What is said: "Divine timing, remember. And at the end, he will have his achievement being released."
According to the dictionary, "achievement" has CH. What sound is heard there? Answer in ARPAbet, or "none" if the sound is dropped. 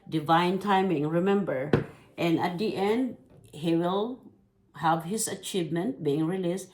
CH